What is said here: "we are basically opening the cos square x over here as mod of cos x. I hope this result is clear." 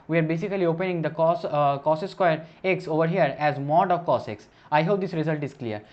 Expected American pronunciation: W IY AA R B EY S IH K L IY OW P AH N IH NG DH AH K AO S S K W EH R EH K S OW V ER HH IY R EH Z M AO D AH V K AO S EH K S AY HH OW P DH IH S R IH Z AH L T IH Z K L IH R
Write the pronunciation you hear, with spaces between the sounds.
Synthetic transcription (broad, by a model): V IY AA R B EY S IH K L IY OW P AH N IH NG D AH K AO S S K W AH R EH K S OW V ER HH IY R EH Z M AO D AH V K AO S EH K S AY HH OW P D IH S R IH Z AH L T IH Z K L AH R